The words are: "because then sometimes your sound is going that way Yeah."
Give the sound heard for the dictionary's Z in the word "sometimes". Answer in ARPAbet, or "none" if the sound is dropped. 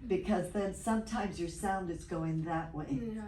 Z